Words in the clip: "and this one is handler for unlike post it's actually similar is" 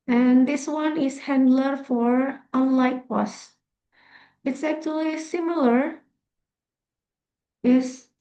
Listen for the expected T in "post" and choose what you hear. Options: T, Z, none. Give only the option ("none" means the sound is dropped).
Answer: none